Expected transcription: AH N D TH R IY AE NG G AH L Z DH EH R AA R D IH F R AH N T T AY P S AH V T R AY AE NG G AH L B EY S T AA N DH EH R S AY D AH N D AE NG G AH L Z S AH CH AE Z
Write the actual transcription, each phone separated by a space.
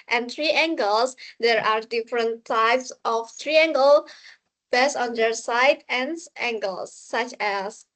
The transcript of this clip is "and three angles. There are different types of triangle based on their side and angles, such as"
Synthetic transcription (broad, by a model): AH N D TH R IY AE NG G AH L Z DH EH R AA R D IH F R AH N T T AY P S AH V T R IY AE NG G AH L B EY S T AA N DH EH R S AY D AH N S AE NG G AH L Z S AH CH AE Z